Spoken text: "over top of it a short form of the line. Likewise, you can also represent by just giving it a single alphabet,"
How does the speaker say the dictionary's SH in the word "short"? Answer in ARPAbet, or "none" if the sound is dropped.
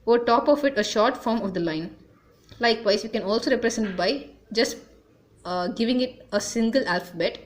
SH